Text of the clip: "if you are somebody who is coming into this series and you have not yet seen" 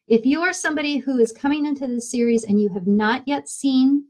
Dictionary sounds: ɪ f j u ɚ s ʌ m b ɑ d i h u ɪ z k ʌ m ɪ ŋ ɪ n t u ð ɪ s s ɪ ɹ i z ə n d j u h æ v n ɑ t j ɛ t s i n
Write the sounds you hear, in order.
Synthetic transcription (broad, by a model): ɪ f j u ɚ s ʌ m b ɑ d i h u ɪ z k ʌ m ɪ ŋ ɪ n t u ð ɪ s s ɪ ɹ i z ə n j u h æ v n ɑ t j ɛ t s i n